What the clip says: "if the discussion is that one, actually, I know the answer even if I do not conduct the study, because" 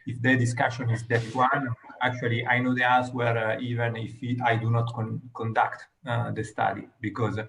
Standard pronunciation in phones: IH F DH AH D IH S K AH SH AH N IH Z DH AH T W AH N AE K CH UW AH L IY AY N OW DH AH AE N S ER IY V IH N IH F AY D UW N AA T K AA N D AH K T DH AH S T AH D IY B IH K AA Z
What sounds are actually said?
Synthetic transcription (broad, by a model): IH F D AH D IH S K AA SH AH N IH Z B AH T W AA N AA K CH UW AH L IY AY N OW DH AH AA L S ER IY V IH N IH F AY D UW N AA T K AA N D AH K T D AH S T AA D IY B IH K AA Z